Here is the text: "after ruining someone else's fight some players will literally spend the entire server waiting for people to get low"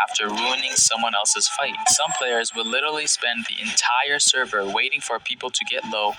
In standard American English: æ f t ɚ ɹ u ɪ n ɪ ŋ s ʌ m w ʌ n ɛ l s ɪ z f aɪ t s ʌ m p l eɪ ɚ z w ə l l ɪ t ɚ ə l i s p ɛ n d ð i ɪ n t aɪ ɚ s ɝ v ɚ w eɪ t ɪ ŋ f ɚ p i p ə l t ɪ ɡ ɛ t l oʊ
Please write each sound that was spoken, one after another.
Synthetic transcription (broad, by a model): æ f t ɚ ɹ u ɪ n ɪ ŋ s ʌ m w ʌ n ɛ l s ɪ z f aɪ t s ʌ m p l eɪ ɚ z w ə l l ɪ t ɚ l i s p ɛ n ð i ɪ n t aɪ ɚ s ɝ v ɚ w eɪ t ɪ ŋ f ɚ p i p l t ɪ ɡ ɛ t l oʊ